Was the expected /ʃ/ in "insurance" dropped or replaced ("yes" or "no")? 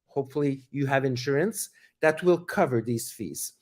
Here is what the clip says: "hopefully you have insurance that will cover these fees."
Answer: no